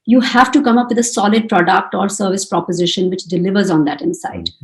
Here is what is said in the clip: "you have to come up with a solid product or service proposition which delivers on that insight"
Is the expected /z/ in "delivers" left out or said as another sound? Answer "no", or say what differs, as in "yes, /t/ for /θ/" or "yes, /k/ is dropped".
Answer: no